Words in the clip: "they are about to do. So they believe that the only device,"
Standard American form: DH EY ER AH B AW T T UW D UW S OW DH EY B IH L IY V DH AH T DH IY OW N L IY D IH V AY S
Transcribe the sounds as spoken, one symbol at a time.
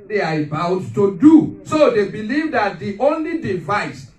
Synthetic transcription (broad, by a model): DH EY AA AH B AW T T UW D UW S OW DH EY B IH L IY V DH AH T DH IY OW N L IY D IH V AY S